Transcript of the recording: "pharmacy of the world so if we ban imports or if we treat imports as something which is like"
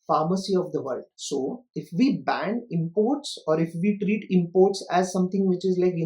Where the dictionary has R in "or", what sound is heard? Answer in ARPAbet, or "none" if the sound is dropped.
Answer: R